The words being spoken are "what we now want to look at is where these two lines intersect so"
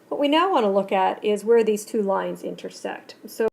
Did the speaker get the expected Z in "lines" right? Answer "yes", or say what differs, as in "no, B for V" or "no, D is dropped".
yes